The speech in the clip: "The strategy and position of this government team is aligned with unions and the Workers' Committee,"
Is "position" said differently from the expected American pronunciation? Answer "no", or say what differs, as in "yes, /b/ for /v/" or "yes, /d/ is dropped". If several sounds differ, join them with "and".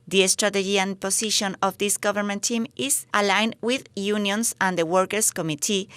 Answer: yes, /s/ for /z/